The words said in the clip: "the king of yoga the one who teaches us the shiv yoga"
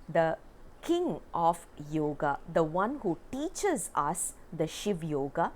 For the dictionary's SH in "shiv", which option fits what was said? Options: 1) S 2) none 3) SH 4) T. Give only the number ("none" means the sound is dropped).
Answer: 3